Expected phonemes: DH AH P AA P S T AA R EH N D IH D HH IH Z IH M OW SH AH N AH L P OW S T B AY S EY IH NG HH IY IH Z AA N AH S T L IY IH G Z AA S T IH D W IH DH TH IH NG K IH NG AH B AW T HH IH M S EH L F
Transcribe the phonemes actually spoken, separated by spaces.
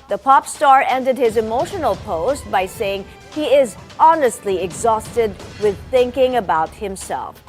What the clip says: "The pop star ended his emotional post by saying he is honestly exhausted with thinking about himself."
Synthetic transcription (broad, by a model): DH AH P AA P S T AA R EH N D IH D HH IH Z IH M OW SH AH N AH L P OW S T B AY S EY IH NG HH IY IH Z AA N AH S T L IY IH G Z AA S T IH D W IH DH TH IH NG K IH NG AH B AW T HH IH M S EH L F